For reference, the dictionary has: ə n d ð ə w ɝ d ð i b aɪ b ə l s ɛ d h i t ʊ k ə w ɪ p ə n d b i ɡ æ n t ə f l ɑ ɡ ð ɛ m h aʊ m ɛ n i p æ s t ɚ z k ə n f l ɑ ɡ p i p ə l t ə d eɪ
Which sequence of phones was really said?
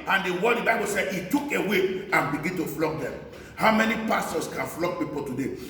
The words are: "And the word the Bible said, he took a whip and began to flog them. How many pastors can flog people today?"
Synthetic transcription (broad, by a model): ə n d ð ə w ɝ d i b aɪ b ə l s ɛ d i t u k ə w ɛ ə n b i ɡ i n t ə f l ɑ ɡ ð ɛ m h aʊ m ɛ n i p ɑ s t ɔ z k ə n f l ɑ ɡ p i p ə t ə d eɪ